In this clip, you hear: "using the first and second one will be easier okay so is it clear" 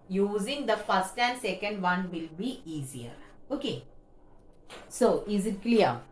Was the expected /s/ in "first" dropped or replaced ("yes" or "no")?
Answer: no